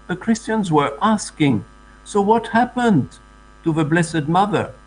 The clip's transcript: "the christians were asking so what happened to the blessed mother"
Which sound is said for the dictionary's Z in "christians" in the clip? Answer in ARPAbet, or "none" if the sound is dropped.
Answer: Z